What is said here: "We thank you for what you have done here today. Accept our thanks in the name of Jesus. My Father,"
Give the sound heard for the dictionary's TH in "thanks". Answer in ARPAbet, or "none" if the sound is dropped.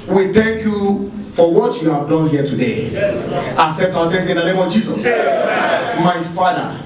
T